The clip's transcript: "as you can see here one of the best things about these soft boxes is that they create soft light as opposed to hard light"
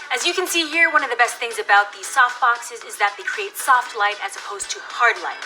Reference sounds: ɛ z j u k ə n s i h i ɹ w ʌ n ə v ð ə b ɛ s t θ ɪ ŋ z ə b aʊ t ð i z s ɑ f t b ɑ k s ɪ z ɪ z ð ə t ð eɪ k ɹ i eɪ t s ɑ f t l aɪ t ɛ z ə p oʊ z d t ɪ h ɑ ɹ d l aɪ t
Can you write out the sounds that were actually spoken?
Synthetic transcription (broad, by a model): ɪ z j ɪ k ə n s i h i ɹ w ʌ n ə v ð ə b ɛ s t θ ɪ ŋ z ə b aʊ t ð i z s ɑ f t b ɑ k s ɪ z ɪ z ð ə t ð eɪ k ɹ i eɪ t s ɑ f t l aɪ t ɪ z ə p oʊ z t ɪ h ɑ ɹ d l aɪ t